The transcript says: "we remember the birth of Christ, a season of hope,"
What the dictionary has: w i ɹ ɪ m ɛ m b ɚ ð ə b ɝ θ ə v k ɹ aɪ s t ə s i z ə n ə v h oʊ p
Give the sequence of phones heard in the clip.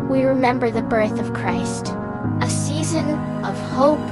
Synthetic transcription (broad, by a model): w i ɹ ɪ m ɛ m b ɚ ð ə b ɝ θ ə v k ɹ aɪ s t ə s i z ə n ə v h oʊ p